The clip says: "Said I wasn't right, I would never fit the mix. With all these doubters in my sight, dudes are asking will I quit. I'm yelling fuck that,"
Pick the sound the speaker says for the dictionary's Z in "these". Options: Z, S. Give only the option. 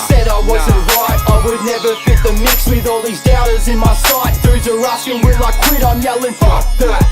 Z